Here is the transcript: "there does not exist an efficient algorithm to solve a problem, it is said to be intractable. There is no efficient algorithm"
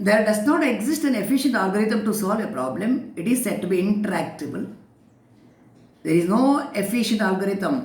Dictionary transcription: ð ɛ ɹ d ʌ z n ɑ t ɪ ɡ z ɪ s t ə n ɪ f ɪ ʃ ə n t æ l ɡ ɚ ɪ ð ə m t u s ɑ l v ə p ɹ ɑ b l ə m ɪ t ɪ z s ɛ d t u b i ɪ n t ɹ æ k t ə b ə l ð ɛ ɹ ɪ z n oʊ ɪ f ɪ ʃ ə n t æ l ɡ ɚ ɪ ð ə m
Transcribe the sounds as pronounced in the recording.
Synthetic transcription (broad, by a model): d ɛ ɹ d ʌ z n ɑ t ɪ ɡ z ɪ s t ə n ɪ f ɪ ʃ ə n t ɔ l ɡ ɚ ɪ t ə m t u s ɑ l v ə p ɹ ɑ b l ə m ɪ t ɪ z s ɛ d t u b i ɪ n t ɹ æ k t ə b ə l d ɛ ɹ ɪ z n oʊ ɪ f ɪ ʃ ə n t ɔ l ɡ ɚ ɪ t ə m